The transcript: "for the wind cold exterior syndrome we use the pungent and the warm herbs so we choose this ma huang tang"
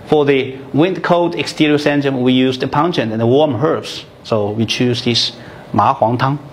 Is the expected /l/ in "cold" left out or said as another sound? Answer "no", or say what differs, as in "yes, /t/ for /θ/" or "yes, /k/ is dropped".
yes, /l/ is dropped